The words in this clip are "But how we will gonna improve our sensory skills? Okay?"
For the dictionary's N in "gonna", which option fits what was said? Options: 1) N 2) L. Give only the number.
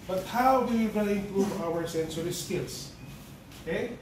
2